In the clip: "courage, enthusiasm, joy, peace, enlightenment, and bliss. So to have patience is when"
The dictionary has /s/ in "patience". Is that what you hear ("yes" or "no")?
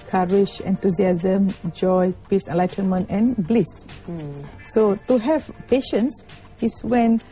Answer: yes